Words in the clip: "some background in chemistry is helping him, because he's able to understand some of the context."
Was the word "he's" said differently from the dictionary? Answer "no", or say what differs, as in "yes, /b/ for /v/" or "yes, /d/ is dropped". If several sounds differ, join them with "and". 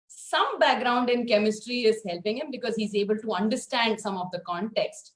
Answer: no